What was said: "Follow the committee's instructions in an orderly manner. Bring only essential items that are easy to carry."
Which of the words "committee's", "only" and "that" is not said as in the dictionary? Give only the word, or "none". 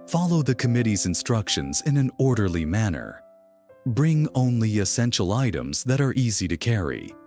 none